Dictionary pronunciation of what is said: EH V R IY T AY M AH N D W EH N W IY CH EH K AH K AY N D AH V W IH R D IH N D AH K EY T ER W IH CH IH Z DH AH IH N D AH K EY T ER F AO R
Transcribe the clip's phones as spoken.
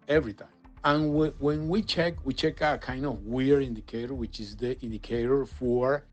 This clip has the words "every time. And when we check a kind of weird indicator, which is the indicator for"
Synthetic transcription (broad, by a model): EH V R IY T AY AH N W W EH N W IY CH EH K AH K AY N D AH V W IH R IH N D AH K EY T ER W IH CH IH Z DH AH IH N D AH K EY T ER F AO R